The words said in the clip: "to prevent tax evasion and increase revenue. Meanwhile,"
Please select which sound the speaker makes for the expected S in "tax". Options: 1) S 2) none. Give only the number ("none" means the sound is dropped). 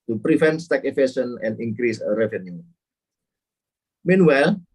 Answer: 2